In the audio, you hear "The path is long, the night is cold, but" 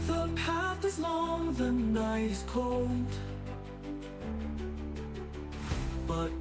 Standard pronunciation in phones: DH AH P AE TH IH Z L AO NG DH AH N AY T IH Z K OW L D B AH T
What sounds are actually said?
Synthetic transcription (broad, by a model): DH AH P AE T IH Z L AO NG DH AH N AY IH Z K OW L D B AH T